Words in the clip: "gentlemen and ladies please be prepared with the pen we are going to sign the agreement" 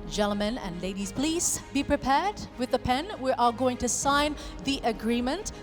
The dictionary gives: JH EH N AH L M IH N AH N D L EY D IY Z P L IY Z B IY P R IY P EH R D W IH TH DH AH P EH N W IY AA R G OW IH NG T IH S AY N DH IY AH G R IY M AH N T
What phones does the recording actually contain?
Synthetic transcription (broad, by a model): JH EH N L M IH N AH N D L EY D IY Z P L IY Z B IY P R IY P EH R D W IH DH AH P EH N W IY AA L G OW IH NG T IH S AY N DH IY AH G R IY M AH N T